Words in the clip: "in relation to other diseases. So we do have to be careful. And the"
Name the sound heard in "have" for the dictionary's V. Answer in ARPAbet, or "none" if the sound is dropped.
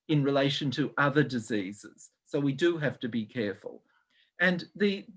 F